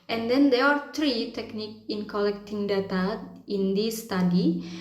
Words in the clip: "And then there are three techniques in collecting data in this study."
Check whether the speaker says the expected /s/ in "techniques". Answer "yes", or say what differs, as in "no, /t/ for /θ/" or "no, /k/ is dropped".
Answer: no, /s/ is dropped